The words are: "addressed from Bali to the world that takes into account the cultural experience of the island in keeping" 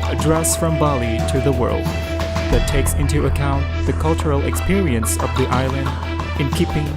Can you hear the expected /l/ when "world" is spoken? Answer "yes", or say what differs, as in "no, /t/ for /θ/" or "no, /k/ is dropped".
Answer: yes